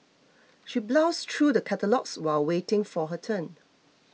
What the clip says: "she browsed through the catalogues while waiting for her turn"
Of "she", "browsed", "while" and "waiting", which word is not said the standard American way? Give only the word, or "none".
browsed